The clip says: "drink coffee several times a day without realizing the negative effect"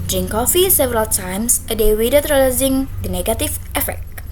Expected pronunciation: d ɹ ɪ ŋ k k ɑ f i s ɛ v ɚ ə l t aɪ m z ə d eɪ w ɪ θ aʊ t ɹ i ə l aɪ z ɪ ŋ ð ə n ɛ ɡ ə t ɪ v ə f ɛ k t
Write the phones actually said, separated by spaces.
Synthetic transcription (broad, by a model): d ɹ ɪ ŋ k k ɑ f i s ɛ v ɚ ə l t aɪ m s ə d eɪ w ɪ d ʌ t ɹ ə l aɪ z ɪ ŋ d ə n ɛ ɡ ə t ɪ f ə f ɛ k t